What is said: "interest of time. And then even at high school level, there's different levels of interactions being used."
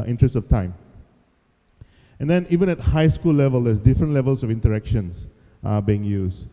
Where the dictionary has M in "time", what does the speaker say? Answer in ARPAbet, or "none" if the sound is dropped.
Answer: M